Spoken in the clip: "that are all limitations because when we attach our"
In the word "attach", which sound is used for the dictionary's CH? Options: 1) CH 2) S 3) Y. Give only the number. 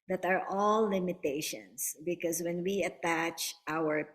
1